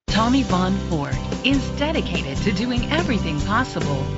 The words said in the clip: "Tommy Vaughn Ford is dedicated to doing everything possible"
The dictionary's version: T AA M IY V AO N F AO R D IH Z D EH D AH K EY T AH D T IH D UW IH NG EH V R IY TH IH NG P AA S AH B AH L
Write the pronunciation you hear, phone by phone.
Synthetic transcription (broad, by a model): T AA M IY V AO N F AO R D IH Z D EH D AH K EY T AH D T IH D UW IH NG EH V R IY TH IH NG P AA S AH B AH L